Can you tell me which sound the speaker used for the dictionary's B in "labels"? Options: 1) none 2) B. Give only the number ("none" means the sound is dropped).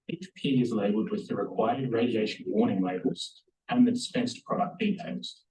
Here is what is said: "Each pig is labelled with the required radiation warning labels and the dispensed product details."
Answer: 1